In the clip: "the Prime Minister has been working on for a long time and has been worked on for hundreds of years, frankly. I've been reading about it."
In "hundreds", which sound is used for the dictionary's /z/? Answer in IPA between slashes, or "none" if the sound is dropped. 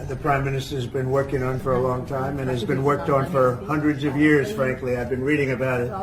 /z/